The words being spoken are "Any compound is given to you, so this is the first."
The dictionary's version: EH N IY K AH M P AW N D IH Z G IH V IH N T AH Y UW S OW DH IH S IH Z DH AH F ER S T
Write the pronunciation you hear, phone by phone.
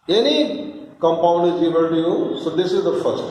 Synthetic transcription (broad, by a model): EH N IY K AH M P AW N D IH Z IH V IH L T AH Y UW S OW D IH S IH Z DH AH F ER S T